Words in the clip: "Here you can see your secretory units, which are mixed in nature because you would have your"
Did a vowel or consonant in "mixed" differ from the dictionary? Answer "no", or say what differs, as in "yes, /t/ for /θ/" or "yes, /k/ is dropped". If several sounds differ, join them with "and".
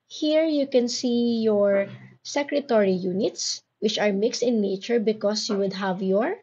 no